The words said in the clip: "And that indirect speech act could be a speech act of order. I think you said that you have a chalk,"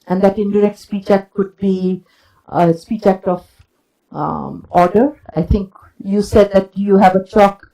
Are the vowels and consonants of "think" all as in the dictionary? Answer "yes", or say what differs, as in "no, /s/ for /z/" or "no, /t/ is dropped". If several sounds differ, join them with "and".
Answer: no, /t/ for /θ/